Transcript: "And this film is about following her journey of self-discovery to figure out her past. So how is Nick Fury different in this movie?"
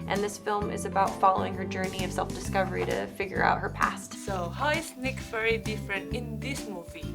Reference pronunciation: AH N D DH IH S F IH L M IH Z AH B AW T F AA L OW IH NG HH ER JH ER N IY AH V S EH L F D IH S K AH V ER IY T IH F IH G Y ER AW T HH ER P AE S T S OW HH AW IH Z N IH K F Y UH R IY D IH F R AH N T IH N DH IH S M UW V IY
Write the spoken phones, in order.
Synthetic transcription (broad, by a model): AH N DH IH S F IH L M IH Z AH B AW T F AA L OW IH NG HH ER JH ER N IY AH V S EH L F D IH S K AH V ER IY T IH F IH G Y ER AW T HH ER P AE S T S OW HH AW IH S N IH K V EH R IY D IH F R AH N T IH N DH IH S M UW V IY